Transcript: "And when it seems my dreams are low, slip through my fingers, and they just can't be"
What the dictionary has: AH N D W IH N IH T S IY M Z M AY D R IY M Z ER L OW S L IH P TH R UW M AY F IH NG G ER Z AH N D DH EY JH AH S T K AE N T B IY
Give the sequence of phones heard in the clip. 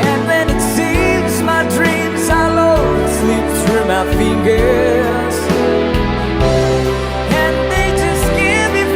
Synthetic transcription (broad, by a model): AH N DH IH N IH T S IY M Z M AY D R IY M Z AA L OW S L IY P S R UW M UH F IH NG G ER Z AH N DH EY JH AH S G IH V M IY